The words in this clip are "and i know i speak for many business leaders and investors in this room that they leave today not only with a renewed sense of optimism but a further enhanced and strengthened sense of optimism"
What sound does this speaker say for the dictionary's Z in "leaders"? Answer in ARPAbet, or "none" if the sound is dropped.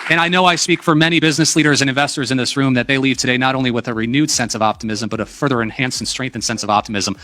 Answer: Z